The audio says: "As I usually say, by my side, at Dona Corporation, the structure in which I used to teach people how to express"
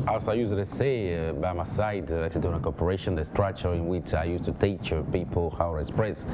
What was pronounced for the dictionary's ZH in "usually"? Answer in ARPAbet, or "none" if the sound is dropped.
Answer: S